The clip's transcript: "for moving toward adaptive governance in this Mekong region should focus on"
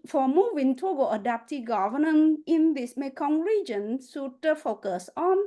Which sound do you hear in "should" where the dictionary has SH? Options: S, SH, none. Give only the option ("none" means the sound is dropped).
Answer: S